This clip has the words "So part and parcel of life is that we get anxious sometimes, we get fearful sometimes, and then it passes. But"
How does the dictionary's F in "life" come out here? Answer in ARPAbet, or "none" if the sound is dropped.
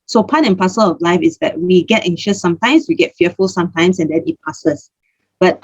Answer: F